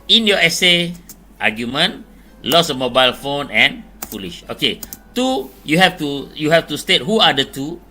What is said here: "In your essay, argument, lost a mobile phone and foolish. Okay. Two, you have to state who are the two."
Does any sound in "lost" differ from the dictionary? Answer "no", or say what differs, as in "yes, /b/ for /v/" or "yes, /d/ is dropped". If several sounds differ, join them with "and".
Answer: yes, /t/ is dropped